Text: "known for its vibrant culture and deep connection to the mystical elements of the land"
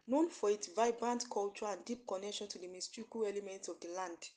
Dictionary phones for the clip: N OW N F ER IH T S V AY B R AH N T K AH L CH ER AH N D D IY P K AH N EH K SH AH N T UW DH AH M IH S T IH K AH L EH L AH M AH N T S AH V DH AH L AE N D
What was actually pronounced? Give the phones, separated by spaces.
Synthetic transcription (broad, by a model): N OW N F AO IH T S V AY B R AH N T K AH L CH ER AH N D D IY P K AH N EH K SH AH N T UW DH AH M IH S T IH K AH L EH L AH M AH N T S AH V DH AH L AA N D